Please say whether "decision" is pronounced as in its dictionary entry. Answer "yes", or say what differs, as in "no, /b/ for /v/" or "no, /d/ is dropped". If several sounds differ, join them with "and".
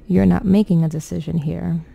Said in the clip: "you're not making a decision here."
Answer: yes